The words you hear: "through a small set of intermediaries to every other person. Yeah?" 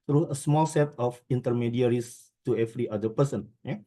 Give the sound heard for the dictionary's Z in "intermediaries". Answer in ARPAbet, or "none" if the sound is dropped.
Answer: S